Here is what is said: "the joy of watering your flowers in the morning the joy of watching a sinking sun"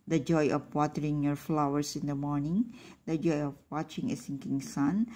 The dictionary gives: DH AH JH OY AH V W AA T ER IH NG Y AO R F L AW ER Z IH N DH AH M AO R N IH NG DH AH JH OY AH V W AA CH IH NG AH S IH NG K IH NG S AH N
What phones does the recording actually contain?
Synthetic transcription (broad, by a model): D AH JH OY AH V W AA T ER IH NG Y AO R F L AW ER S IH N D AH M AO R N IH NG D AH JH OY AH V W AA CH IH NG AH S IH NG K IH NG S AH N